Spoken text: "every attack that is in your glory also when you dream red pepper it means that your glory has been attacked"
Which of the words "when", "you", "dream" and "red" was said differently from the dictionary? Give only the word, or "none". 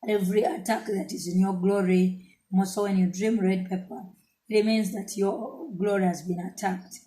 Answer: none